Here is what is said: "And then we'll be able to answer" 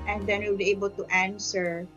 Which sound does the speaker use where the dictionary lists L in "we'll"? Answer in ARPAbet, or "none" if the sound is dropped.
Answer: W